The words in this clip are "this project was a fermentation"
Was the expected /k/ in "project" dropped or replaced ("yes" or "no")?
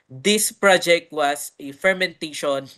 no